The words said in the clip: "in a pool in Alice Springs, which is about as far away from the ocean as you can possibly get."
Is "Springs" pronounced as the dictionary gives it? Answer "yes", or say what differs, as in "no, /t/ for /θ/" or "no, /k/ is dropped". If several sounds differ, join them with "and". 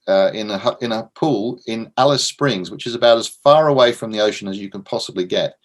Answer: yes